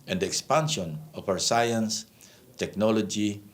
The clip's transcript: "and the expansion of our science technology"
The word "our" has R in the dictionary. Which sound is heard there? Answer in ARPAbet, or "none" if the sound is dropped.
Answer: W